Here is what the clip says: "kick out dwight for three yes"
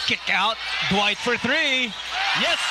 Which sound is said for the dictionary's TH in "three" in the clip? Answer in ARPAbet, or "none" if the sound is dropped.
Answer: TH